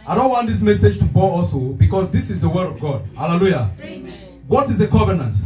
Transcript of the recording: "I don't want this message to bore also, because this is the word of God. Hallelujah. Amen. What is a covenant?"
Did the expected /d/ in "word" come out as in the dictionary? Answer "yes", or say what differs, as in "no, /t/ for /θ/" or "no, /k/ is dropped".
yes